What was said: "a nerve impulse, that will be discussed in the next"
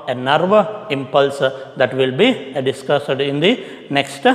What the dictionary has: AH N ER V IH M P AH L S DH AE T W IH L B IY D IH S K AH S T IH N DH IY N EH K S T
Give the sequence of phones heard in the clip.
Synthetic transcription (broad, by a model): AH N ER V IH M P AH L S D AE T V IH L B IY D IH S K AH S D IH N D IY N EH K S T